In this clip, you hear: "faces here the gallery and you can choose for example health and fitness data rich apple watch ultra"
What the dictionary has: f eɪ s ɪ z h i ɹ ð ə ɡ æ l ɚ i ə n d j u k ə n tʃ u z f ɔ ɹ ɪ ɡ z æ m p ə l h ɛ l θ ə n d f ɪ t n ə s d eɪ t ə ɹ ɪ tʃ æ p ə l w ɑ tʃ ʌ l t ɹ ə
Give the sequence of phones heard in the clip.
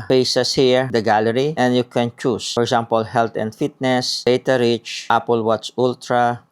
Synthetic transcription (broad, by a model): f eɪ s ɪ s h i ɹ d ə ɡ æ l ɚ i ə n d j u k ə n tʃ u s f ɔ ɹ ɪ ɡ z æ m p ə l h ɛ l t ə n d f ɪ t n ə s d eɪ t ə ɹ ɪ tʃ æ p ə l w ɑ s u l t ɹ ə